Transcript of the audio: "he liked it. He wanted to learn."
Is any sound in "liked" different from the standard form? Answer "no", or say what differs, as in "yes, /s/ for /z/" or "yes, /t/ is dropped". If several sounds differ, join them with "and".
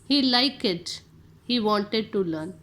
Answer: yes, /t/ is dropped